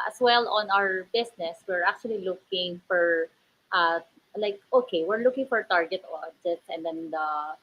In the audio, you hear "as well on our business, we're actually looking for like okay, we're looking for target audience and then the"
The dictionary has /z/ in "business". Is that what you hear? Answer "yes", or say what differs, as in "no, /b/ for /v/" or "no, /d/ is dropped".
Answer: no, /s/ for /z/